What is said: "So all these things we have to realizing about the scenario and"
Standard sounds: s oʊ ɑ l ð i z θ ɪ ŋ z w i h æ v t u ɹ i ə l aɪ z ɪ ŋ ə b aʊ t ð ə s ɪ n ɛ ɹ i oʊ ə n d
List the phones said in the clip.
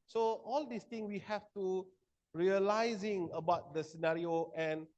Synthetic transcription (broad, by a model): s oʊ ɑ l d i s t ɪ ŋ w i h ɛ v t u ɹ i ə l aɪ z ɪ ŋ ə b aʊ t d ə s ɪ n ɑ ɹ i oʊ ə n